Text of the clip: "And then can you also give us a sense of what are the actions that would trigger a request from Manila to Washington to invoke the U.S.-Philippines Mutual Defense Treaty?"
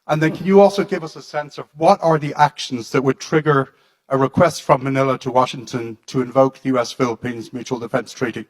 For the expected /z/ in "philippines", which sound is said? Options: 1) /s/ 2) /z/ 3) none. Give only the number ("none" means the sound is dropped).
2